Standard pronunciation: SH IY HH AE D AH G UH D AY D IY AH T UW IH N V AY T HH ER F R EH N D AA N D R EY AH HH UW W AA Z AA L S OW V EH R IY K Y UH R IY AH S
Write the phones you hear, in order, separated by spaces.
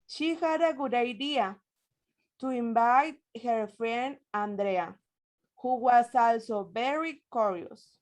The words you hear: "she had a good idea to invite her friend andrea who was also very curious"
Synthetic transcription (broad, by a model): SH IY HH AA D AH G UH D AY D IY AH T UW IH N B AY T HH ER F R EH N AA N D R EY AH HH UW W AA S AA L S OW B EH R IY K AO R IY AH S